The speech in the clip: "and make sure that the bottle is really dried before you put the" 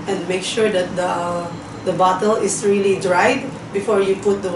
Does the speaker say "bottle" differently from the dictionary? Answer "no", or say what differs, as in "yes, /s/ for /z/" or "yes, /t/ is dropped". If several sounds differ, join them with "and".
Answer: no